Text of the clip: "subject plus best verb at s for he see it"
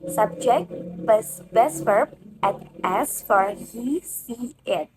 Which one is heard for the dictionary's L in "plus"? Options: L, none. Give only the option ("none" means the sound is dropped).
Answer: none